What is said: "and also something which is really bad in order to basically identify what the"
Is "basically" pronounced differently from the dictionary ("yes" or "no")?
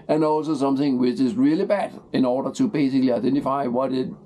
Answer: no